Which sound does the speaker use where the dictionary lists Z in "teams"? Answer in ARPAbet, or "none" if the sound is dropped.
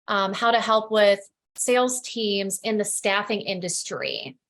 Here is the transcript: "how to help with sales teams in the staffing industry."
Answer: Z